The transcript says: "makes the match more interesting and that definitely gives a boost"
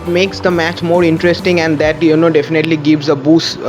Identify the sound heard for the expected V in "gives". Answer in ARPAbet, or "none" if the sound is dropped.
V